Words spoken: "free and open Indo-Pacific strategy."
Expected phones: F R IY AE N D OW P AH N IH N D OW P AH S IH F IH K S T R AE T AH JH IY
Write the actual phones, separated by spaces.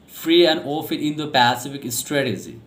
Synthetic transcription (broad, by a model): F R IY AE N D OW F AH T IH N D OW P AH S IH F IH K S T R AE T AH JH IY